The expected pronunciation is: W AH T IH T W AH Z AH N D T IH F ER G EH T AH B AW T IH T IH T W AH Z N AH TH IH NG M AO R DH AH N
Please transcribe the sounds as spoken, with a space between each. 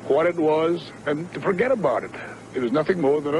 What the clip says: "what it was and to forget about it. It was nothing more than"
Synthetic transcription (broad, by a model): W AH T IH T W AH Z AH N T IH F ER G EH T AH B AW T IH T IH T W AH Z N AH TH IH NG M AO R DH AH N